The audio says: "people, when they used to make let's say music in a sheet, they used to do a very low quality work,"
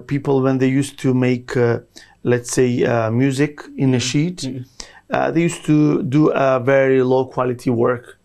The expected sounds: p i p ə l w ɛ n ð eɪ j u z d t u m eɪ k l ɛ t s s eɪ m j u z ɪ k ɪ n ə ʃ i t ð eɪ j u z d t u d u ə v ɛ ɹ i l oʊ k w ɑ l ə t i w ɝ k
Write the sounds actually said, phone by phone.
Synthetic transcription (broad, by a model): p i p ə l w ɛ n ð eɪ j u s t u m eɪ k l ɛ t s s eɪ m j u z ɪ k ɪ n ə ʃ i t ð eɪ j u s t u d u ə v ɛ ɹ i l oʊ k w ɑ l ə t i w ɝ k